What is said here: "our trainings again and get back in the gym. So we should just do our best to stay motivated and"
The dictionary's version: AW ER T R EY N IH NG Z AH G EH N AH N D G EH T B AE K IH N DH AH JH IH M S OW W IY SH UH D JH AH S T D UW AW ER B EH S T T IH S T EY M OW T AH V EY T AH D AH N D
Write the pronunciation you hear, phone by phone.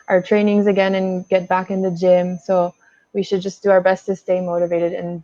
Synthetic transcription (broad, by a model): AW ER T R EY N IH NG Z AH G EH N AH N G EH T B AE K IH N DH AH JH IH M S OW W IY SH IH D JH AH S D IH AW ER B EH S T T IH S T EY M OW T AH V EY T AH D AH N